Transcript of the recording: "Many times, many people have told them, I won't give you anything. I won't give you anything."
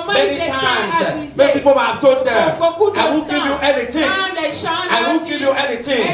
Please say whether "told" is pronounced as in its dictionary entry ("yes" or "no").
no